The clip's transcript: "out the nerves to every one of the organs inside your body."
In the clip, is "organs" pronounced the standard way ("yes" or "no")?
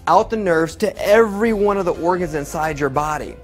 yes